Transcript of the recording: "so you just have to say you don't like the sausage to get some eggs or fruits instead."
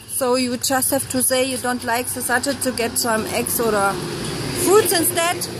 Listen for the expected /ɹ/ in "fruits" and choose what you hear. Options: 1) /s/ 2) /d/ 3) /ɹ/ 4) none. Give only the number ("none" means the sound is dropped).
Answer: 4